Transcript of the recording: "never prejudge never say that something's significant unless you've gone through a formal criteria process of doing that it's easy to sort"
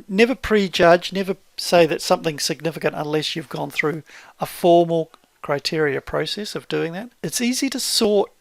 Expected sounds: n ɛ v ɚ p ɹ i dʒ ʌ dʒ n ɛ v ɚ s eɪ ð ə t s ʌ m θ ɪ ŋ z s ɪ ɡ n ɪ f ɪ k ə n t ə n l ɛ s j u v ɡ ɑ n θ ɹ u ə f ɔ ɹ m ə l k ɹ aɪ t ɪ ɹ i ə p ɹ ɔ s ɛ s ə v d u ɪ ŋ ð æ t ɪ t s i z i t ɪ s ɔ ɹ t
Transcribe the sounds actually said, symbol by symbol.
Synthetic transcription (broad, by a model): n ɛ v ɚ p ɹ i dʒ ʌ dʒ n ɛ v ɚ s eɪ ð ə t s ʌ m θ ɪ ŋ s ɪ ɡ n ɪ f ɪ k ə n t ə n l ɛ s j u v ɡ ɑ n θ ɹ u ə f ɔ ɹ m l k ɹ aɪ t ɪ ɹ i ə p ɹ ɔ s ɛ s ə v d u ɪ ŋ ð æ t ɪ t s i z i t ɪ s ɔ ɹ t